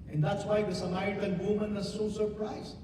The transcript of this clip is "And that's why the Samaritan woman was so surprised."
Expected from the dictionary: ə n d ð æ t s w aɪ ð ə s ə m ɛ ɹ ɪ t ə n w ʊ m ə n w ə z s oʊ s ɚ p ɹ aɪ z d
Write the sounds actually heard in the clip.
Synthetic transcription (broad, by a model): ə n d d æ t s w aɪ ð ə s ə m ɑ ɪ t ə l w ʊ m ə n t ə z s oʊ s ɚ p ɹ aɪ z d